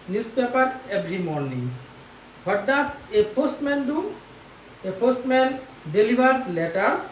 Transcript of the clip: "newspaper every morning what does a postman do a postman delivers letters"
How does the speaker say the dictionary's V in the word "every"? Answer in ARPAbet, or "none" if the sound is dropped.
B